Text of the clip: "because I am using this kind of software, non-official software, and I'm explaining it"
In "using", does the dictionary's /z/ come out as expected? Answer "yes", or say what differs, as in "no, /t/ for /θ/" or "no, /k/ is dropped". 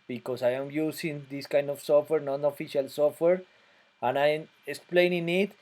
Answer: no, /s/ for /z/